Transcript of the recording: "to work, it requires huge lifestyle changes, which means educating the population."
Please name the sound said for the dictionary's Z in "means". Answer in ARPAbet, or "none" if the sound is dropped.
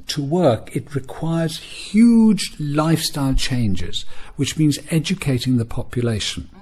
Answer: Z